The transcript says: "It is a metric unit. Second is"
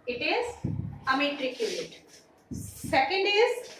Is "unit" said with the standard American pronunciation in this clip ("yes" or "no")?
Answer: no